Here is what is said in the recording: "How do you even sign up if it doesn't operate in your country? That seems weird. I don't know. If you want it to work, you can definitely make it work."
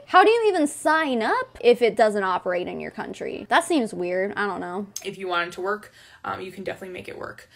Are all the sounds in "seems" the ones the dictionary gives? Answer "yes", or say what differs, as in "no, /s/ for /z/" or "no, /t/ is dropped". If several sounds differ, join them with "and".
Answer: yes